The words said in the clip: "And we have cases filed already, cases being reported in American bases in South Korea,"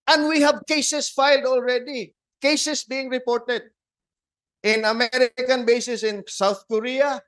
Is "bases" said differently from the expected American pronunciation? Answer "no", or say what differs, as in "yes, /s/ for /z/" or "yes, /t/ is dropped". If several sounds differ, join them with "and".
yes, /s/ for /z/